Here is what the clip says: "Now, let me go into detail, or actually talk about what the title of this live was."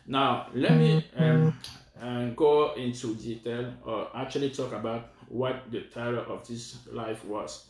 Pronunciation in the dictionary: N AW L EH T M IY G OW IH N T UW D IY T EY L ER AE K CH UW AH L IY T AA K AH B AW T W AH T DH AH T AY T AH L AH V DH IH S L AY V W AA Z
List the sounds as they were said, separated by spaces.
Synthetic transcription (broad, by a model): N AW L EH T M IY G OW IH N T UW D IY T EY L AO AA K CH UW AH L IY T AA K AH B AW T W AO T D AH T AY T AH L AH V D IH S L AY F W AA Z